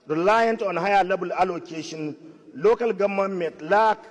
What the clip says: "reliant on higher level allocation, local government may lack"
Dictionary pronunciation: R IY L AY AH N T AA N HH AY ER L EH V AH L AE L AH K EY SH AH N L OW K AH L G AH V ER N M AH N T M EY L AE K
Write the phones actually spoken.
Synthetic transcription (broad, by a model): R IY L AY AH N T AA N HH AY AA L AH B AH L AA L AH K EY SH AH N L OW K AH L G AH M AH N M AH T L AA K